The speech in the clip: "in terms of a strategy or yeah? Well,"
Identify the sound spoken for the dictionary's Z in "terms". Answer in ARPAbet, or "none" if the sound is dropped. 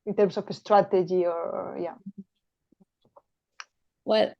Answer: S